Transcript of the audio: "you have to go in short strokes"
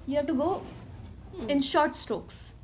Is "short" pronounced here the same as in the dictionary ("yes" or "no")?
yes